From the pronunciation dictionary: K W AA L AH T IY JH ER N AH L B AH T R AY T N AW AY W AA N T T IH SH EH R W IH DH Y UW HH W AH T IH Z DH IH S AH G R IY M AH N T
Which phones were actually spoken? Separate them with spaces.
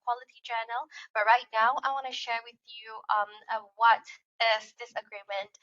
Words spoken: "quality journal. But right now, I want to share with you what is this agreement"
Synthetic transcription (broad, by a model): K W AA L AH T IY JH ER N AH L B AH T R AY T N AW AY W AA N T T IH SH EH R W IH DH Y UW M W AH T IH Z DH IH S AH G R IY M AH N T